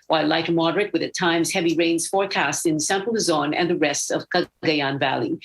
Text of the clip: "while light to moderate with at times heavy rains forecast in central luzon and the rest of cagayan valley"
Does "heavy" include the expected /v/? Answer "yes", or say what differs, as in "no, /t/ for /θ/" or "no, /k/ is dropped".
yes